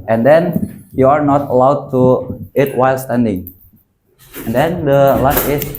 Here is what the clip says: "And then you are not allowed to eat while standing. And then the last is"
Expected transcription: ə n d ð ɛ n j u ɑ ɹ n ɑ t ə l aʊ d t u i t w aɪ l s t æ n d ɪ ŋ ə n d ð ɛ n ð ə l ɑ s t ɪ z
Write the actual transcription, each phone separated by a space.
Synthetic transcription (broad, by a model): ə n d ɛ n j u ɑ ɹ n ɑ t ə l aʊ d t u i t w aɪ l s t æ n d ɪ ŋ ə n d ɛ n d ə l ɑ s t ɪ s